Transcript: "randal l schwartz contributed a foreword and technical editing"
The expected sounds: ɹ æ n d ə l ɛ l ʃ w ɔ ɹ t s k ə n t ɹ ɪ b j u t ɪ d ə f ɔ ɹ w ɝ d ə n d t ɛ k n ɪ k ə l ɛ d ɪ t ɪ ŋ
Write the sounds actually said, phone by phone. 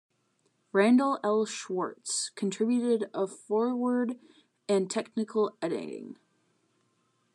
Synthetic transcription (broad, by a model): ɹ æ n d l ɛ l ʃ w ɔ ɹ t s k n t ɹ ɪ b j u t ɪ d ə f ɔ ɹ w ɝ d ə n t ɛ k n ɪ k l ɛ d ɪ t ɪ ŋ